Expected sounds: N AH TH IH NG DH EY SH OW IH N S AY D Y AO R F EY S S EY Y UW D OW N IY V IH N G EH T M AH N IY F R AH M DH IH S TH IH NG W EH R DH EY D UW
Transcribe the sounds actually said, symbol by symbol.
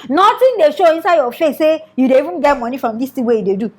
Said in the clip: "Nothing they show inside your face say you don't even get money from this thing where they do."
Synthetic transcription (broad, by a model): N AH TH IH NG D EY SH OW IH N S AY D Y AO F EY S S EY Y UW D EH IY V IH N G EH T M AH N IY F R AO M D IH S T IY W EH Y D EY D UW